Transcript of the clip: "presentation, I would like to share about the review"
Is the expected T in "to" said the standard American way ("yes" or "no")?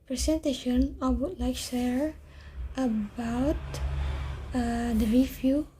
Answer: no